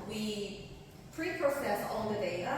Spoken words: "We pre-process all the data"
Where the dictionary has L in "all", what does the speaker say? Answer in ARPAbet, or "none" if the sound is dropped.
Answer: N